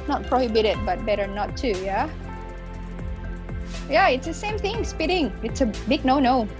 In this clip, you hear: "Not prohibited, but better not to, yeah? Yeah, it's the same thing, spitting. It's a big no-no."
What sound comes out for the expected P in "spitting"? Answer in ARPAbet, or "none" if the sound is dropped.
P